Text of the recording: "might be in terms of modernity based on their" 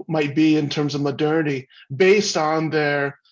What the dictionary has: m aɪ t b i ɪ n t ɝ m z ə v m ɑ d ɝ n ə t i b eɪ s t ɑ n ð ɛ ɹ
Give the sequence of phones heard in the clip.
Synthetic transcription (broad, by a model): m aɪ t b i ɪ n t ɝ m z ə v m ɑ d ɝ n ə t i b eɪ s t n ð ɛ ɹ